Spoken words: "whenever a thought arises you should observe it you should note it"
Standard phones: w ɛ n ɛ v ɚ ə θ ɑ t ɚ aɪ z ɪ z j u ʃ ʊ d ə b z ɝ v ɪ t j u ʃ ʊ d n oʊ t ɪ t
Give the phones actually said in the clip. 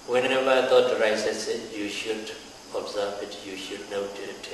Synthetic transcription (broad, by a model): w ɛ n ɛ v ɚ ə t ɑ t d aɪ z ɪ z j u ʃ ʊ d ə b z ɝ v ɪ t j u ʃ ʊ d n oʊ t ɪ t